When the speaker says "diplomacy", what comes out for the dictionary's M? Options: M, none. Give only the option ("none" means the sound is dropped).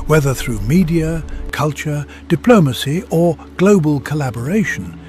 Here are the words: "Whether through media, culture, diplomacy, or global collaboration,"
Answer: M